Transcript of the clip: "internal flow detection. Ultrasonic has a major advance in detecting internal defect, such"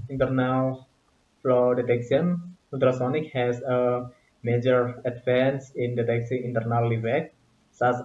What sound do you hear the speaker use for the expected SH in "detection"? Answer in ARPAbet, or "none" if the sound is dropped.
S